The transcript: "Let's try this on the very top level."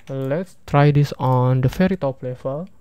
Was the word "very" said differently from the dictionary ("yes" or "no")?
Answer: yes